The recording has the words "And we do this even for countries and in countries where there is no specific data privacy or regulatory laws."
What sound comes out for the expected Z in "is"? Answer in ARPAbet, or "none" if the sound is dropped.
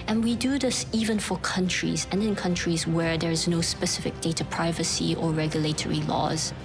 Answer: Z